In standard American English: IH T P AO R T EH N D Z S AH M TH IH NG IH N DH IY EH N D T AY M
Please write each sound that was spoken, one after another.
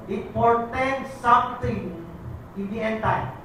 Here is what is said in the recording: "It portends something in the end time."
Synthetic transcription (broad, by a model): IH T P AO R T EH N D S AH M T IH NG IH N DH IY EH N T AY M